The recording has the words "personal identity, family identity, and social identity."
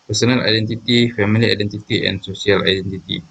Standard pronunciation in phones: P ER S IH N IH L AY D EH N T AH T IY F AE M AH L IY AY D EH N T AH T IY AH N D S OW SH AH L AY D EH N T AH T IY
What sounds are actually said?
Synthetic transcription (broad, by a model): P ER S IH N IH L AY D EH N T AH T IY F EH M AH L IY AY D EH N T AH T IY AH N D S OW S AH L AY D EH N T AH T IY